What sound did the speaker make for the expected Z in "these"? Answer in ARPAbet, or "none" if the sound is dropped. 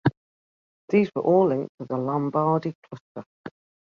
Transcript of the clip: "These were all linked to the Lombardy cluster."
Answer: Z